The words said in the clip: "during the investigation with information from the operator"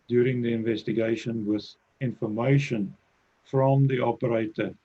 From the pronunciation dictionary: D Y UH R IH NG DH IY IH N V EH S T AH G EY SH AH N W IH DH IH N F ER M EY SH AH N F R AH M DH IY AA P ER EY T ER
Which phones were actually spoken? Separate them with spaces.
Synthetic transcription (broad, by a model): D Y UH R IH NG DH IY IH N V EH S T AH G EY SH AH N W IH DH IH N F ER M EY SH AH N F R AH M DH IY AA P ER EY T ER